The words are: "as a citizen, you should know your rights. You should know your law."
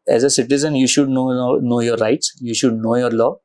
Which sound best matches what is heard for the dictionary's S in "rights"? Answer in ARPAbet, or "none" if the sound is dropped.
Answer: S